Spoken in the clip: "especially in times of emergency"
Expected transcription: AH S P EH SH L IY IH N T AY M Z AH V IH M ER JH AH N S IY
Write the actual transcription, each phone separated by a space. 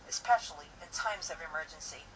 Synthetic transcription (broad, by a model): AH S P EH SH L IY IH N T AY M Z AH V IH M ER JH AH N S IY